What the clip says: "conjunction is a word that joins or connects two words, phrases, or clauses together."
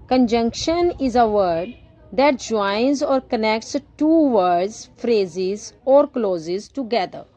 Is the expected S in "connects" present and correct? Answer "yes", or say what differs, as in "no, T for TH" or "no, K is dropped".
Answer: yes